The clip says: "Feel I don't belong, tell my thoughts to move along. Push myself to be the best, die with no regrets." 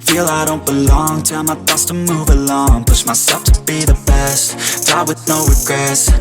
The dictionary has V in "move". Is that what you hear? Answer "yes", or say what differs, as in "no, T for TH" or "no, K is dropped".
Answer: yes